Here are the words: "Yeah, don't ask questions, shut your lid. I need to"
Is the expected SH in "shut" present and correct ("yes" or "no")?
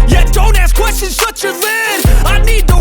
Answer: no